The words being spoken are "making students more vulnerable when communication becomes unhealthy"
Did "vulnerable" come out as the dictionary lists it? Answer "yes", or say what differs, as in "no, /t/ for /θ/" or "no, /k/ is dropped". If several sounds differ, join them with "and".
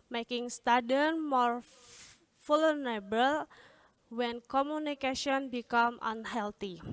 no, /f/ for /v/